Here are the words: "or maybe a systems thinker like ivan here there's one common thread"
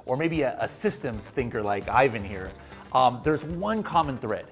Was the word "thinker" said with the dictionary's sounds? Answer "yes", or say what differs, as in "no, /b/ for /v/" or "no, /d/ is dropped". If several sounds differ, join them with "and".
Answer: yes